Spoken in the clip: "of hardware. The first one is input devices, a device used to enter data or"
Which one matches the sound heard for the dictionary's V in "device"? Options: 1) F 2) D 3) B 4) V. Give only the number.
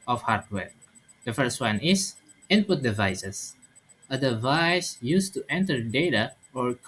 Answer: 4